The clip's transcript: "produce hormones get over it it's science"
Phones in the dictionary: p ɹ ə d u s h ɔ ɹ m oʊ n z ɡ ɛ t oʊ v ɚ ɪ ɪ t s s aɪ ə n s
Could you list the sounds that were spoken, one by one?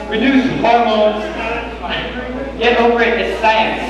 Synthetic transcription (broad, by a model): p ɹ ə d u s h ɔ ɹ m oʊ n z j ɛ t oʊ p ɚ ɪ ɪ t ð s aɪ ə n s